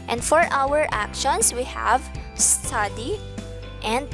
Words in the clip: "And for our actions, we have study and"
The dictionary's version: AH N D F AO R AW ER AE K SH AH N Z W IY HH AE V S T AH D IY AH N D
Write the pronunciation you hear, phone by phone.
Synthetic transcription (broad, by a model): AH N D F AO R AW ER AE K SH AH N S W IY HH AE V S T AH D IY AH N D